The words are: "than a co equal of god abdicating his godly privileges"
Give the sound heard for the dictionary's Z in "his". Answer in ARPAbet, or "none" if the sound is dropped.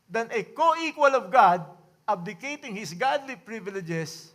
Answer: S